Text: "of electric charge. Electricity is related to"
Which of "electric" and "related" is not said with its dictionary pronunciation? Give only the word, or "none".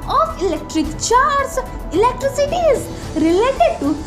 none